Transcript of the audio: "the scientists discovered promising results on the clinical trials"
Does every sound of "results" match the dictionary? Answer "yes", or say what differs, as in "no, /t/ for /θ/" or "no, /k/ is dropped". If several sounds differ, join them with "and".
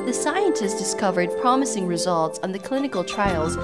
yes